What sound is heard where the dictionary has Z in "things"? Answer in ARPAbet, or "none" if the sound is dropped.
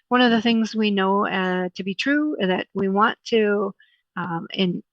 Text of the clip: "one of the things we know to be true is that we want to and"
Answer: Z